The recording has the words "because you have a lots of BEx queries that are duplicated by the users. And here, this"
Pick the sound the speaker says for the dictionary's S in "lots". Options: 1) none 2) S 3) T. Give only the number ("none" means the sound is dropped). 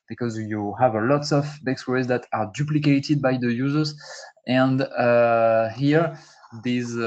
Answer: 2